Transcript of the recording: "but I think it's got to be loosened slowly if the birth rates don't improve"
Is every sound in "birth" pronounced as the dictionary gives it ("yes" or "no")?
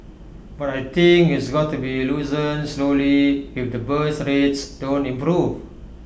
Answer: no